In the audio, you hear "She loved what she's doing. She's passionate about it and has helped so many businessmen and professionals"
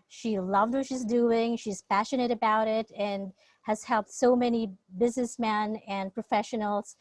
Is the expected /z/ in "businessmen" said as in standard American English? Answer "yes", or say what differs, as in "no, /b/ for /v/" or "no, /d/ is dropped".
yes